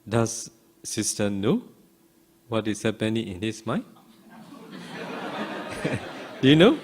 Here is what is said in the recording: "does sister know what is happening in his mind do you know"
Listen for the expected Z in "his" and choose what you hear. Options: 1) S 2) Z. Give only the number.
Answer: 1